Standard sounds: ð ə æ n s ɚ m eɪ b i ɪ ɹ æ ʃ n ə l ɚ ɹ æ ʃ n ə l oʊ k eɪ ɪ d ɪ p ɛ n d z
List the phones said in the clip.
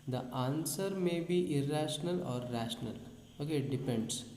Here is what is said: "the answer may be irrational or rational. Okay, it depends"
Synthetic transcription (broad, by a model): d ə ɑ n s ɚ m eɪ b i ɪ ɹ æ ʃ n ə l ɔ ɹ æ ʃ n ə l oʊ k eɪ d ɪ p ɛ n d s